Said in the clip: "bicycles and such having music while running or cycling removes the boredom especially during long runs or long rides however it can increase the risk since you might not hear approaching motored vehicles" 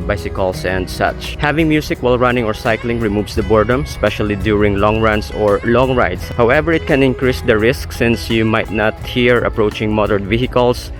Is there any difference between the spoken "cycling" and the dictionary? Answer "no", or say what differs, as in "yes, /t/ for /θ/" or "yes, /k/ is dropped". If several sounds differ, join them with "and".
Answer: no